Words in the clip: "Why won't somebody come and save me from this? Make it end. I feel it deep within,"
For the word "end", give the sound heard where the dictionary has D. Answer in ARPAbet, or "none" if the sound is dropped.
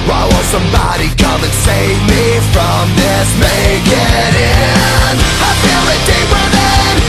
none